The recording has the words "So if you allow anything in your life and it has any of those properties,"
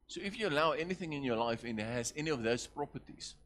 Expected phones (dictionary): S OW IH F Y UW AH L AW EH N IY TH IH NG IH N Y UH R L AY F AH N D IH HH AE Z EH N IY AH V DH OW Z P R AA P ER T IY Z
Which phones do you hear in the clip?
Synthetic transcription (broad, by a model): S OW IH F Y UW AH L AW EH N IY TH IH NG IH N Y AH L AY F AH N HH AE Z EH N IY AH V DH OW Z P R AA P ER T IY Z